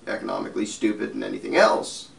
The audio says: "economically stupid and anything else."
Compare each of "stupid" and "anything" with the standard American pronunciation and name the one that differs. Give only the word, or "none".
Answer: none